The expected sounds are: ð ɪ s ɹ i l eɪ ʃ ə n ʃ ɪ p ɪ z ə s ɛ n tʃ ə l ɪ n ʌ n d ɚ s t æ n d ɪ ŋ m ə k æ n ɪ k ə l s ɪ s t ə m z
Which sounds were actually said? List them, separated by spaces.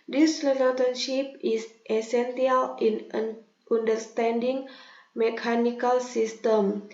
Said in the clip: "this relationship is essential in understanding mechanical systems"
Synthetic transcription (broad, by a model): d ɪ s l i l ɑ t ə n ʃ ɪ p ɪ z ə s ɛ n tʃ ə l ɪ n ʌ n d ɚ s t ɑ n d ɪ ŋ m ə k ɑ n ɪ k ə l s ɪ s t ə m